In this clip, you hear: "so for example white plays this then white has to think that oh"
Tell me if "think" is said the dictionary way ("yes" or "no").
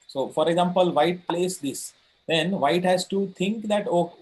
no